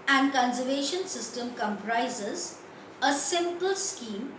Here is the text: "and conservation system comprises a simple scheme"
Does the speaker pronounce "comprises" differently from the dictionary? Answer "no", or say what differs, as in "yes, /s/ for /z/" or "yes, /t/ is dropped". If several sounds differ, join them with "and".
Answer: no